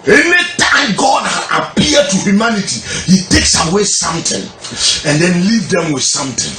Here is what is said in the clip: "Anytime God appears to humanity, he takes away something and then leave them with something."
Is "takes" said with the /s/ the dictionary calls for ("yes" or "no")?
yes